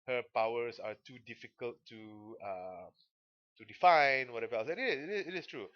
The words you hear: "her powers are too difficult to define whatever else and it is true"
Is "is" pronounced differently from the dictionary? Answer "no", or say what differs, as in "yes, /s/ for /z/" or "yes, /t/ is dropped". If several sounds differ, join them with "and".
yes, /s/ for /z/